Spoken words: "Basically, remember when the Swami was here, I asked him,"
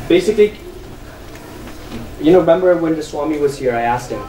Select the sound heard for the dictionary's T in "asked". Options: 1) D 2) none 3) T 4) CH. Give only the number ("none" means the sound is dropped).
3